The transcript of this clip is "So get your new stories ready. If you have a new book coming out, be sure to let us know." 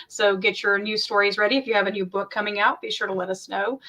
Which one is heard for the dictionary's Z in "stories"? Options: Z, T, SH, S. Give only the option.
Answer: Z